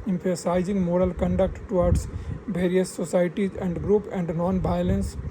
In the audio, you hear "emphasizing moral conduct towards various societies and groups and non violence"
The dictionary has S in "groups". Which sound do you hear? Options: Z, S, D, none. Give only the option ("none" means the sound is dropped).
none